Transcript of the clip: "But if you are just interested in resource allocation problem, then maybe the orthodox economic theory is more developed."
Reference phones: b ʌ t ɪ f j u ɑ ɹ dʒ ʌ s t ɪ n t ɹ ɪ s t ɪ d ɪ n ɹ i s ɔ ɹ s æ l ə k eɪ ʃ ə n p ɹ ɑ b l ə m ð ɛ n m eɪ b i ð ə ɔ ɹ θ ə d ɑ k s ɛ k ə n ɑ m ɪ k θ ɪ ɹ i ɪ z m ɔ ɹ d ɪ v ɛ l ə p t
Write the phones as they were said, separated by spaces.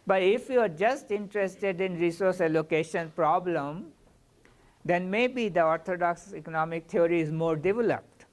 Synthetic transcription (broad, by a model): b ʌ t ɪ f j u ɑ ɹ dʒ ʌ s t ɪ n t ɹ ɪ s t ɪ d ɪ n ɹ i s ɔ ɹ s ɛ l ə k eɪ ʃ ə n p ɹ ɑ b l ə m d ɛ n m eɪ b i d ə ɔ ɹ t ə d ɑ k s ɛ k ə n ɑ m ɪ k t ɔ ɹ i ɪ z m ɔ ɹ d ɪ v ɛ l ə p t